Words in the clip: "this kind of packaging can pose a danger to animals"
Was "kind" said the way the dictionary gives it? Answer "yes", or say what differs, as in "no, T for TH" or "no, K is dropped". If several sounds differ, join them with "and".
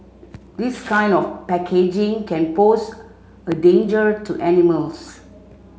yes